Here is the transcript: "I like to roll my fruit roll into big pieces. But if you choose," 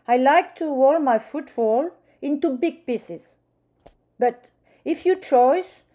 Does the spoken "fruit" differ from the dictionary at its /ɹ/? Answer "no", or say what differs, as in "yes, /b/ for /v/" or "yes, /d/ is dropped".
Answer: yes, /ɹ/ is dropped